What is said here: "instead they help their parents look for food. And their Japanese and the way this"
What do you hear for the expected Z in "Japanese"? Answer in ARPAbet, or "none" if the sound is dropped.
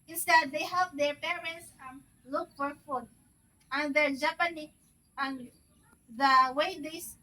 none